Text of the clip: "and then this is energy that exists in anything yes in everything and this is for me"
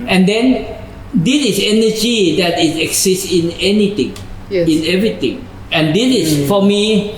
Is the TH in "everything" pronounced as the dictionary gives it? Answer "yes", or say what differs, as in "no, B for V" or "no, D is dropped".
no, T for TH